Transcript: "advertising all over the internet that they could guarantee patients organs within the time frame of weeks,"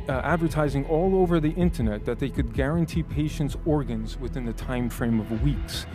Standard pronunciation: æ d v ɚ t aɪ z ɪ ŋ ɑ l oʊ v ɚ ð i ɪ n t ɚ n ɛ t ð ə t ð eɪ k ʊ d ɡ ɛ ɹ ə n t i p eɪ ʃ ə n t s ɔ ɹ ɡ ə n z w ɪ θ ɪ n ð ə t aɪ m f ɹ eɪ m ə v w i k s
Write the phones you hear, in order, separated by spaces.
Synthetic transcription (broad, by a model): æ d v ɚ t aɪ z ɪ ŋ ɑ l oʊ v ɚ ð i ɪ n t ɚ n ɛ t ð ə t ð eɪ k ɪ d ɡ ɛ ɹ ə n t i p eɪ ʃ ə n t s ɔ ɹ ɡ ə n z w ɪ θ ɪ n ð ə t aɪ m f ɹ eɪ m ə v w i k s